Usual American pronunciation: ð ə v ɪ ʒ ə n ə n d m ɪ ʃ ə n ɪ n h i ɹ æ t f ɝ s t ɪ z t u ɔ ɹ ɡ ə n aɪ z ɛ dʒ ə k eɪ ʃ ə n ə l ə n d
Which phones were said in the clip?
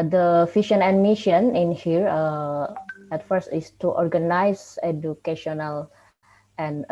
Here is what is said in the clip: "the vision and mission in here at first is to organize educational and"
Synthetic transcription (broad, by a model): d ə f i ʃ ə n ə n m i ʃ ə n ɪ n h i ɹ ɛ t f ɝ s t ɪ s t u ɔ ɹ ɡ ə n aɪ s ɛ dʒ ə k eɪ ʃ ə n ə l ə n